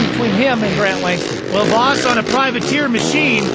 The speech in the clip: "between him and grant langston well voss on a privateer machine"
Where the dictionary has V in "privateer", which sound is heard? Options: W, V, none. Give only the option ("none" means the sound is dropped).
V